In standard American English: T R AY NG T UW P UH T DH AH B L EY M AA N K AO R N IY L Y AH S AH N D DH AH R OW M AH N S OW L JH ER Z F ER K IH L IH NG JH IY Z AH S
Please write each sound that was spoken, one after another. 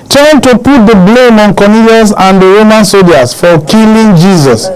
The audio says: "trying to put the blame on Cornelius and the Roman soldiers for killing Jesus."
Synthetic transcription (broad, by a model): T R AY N T UW P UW T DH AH B L EY M AA N K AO N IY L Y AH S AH N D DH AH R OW M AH N S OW JH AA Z F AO K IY L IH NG JH IY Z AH S